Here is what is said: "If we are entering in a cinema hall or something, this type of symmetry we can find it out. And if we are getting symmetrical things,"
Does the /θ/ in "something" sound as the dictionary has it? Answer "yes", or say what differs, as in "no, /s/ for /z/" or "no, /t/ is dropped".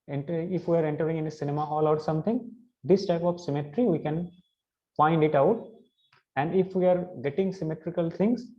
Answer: no, /t/ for /θ/